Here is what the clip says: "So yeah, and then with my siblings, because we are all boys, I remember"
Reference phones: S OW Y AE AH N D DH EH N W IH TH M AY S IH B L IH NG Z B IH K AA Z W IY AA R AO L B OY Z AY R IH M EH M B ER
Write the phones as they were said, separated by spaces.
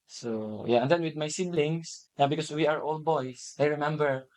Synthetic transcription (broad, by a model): S OW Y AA AH N D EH N W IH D M AY S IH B L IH NG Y B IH K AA S W IY AA R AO L B OY S AY R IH M EH M B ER